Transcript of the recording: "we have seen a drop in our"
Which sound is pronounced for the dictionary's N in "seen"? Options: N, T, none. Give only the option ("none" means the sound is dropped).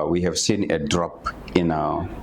N